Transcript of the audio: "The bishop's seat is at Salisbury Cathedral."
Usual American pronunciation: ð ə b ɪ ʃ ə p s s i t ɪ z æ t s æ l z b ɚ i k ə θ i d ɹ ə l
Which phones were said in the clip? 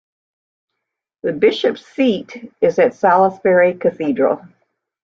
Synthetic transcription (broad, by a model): ð ə b ɪ ʃ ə p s s i t ɪ z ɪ t s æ l s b ɚ i k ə θ i d ɹ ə l